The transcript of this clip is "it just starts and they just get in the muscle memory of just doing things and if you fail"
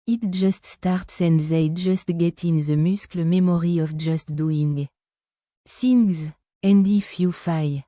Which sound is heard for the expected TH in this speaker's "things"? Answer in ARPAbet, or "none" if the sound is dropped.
S